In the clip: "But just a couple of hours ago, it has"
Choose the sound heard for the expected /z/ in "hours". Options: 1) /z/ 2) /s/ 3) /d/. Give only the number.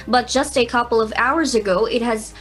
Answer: 1